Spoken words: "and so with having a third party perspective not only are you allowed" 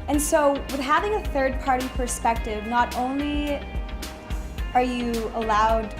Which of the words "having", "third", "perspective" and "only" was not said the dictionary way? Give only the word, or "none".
none